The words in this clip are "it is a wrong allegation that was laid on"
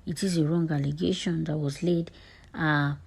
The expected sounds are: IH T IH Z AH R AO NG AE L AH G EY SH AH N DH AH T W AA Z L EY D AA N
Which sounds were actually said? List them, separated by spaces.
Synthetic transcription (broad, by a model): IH T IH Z AH R AO NG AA L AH G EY SH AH N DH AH T W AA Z L EY D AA